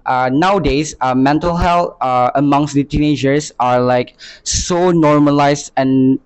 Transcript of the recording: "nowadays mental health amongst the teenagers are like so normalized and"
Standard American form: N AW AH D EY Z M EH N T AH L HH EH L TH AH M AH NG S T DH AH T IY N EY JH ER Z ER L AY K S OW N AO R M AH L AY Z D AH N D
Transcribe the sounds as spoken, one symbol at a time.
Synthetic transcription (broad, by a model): N AW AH D EY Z M EH N T AH L HH EH L T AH M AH NG S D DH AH T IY N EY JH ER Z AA L AY K S OW N AO R M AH L AY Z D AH N